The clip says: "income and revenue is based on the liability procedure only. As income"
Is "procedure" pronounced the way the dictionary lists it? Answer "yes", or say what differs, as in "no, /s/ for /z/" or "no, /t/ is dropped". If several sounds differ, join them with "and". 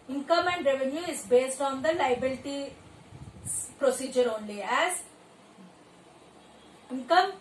yes